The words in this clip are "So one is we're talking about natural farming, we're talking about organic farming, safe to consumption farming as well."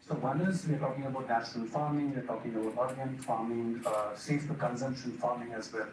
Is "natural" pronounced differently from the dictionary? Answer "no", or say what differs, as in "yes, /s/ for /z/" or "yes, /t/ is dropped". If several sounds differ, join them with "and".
yes, /ɹ/ is dropped and /n/ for /l/